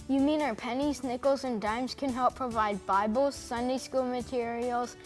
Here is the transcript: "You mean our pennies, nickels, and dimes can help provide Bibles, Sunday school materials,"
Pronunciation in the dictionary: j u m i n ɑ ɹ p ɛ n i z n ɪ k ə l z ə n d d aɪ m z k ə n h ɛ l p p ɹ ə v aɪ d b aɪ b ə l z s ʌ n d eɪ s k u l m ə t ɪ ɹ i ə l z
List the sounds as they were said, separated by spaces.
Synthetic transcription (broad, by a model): j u m i n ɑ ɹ p ɛ n i z n ɪ k l z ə n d d aɪ m z k ə n h ɛ l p p ɹ ə v aɪ d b aɪ b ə l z s ʌ n d eɪ s k u l m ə t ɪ ɹ i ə l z